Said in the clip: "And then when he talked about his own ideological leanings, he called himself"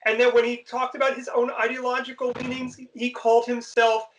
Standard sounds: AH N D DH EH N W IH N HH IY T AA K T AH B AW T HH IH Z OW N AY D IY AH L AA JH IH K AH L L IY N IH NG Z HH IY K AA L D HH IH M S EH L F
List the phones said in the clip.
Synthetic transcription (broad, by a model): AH N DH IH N W IH N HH IY T AA K T AH B AW T HH IH Z OW N AY D IY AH L AA JH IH K L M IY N IH NG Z HH IY K AA L D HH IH M S EH L F